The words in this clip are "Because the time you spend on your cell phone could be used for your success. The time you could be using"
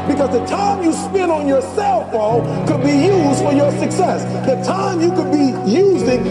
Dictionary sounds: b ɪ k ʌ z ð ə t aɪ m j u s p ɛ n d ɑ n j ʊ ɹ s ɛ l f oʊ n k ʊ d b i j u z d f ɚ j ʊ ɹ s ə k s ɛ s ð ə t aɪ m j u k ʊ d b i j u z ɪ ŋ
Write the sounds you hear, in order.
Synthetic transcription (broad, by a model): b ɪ k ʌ z ð ə t aɪ m j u s p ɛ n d n j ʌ ɹ s ɛ l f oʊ k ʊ d b i j u z d f ɚ j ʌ ɹ s ə k s ɛ s ð ə t aɪ m j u k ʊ d b i j u z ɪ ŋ